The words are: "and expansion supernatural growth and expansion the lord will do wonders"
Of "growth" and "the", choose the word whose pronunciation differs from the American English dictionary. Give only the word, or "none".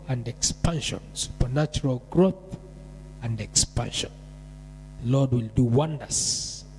none